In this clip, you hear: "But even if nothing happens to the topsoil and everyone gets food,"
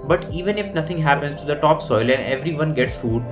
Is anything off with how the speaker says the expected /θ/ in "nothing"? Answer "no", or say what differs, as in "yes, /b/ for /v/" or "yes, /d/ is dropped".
yes, /t/ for /θ/